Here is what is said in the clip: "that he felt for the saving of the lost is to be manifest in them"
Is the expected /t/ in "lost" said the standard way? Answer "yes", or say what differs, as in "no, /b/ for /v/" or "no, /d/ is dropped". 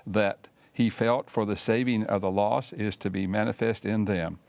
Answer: no, /t/ is dropped